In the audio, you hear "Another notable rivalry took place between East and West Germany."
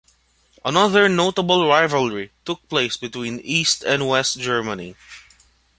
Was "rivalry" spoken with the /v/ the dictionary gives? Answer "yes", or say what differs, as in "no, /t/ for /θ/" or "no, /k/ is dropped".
yes